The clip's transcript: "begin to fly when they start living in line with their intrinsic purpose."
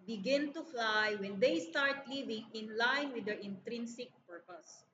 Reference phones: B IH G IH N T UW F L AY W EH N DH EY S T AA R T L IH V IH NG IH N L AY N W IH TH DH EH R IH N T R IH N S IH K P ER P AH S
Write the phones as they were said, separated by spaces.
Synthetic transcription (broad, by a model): B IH G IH N T UW F L AY W EH N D EY S T AA R T L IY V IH NG IH N L AY N W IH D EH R IH N T R IH N S IH K P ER P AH S